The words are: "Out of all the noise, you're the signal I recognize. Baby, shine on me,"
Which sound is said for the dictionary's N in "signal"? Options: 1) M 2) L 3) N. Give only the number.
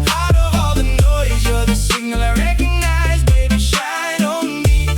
2